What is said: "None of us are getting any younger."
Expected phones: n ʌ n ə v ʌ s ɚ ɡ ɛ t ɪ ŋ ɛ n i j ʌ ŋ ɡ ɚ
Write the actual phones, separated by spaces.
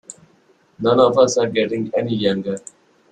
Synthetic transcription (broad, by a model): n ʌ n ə f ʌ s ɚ ɡ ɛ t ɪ ŋ ɛ n i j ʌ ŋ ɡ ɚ